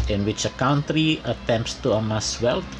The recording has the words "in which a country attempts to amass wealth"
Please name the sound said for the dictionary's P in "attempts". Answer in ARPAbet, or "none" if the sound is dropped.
P